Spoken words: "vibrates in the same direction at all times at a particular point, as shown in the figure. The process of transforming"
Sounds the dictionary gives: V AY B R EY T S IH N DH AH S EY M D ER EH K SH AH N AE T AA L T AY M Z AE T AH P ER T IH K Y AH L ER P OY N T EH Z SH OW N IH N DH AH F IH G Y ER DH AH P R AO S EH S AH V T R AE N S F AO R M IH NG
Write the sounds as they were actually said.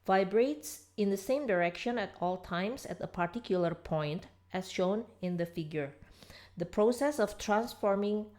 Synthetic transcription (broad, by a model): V AY B R EY T S IH N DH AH S EY M D ER EH K SH AH N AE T AA L T AY M S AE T AH P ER T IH K Y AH L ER P OY N T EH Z SH OW N IH N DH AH F IH G Y ER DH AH P R AO S EH S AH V T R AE N S F AO R M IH NG